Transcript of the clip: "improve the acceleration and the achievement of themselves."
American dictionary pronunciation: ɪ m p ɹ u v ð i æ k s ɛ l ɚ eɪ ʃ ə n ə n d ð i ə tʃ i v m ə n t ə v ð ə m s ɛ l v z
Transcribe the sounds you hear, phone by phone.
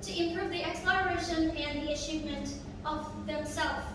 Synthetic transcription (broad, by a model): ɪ m p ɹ u v ð i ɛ k s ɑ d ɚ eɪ ʃ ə n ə n ð i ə ʃ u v m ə n t ə v ð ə m s ɛ l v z